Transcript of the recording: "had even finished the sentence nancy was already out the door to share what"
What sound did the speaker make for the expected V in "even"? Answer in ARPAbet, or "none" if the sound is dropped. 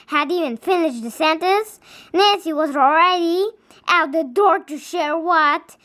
V